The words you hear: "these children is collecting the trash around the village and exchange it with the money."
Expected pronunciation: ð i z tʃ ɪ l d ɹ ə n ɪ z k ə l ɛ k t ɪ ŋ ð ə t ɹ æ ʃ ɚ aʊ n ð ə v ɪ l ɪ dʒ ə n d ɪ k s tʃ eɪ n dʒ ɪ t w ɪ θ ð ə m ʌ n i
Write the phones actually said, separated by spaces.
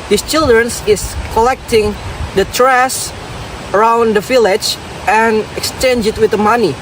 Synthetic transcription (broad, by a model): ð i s tʃ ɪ l d ɹ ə n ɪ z k ə l ɛ k t ɪ ŋ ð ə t ɹ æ s ɚ aʊ n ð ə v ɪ l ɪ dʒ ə n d ɪ k s tʃ eɪ n dʒ ɪ t w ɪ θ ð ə m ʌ n i